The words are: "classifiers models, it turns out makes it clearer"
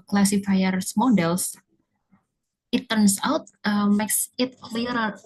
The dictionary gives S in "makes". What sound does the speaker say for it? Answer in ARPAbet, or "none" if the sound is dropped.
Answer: S